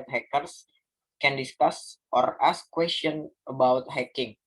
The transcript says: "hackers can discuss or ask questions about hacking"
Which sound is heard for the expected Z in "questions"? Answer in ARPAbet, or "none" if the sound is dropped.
none